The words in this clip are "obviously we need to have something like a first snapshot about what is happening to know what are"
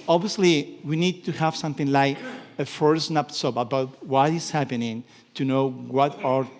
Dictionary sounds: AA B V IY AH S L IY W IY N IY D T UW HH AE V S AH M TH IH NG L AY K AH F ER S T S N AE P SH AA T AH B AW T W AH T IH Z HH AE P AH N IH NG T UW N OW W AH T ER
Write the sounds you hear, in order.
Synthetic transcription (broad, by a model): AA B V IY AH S L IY W IY N IY D T UW HH AE V S AH M TH IH NG L AY K AH F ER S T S N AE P S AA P AH B AW T W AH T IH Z HH AE P AH N IH NG T UW N OW W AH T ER